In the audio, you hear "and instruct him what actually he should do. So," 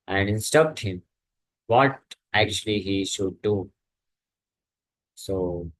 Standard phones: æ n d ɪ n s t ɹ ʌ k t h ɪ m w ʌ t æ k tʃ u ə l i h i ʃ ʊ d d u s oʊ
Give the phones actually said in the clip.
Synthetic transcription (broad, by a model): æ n d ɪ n s t ʌ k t h ɪ m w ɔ t æ k tʃ u ə l i h i ʃ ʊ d d u s oʊ